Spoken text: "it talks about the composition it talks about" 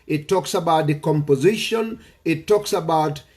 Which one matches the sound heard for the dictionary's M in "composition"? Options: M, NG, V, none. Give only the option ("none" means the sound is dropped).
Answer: M